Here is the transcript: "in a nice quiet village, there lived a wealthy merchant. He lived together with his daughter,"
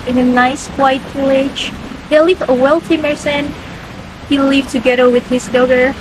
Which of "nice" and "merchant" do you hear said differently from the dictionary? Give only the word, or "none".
merchant